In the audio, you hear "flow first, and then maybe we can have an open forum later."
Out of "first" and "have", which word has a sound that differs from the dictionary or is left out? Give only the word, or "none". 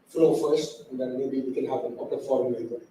have